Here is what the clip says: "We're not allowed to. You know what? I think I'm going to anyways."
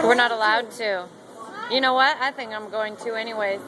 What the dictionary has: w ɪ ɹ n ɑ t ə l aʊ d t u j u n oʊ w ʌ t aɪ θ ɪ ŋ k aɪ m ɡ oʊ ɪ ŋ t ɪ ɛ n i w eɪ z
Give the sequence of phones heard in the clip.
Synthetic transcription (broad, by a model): w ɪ ɹ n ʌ t ə l aʊ d t u j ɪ n oʊ w ʌ t aɪ θ ɪ ŋ k aɪ m ɡ oʊ ɪ ŋ t ɪ ɛ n i w eɪ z